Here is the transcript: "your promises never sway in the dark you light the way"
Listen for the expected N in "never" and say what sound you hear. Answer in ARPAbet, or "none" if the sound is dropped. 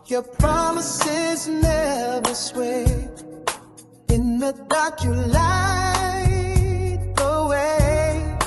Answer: N